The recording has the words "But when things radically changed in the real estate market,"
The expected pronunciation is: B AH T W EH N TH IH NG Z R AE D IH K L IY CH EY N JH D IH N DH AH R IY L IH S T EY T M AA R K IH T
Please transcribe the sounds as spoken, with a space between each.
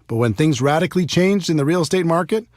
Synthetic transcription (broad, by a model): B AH T W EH N TH IH NG Z R AE D IH K L IY CH EY N JH D IH N DH AH R IY L S T EY T M AA R K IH T